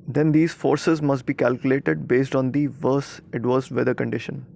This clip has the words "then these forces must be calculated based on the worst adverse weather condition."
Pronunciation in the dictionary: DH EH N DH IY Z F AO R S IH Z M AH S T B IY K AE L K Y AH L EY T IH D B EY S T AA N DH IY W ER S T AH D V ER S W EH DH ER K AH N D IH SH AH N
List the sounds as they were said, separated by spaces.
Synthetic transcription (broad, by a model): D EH N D IY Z F AO R S IH Z M AH S T B IY K AE L K Y AH L EY T IH D B EY S T AA N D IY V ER S AH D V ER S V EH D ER K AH N D IH SH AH N